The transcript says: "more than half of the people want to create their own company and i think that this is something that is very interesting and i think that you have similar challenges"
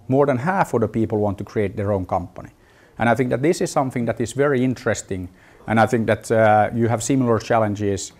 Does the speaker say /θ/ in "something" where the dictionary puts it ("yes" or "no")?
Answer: yes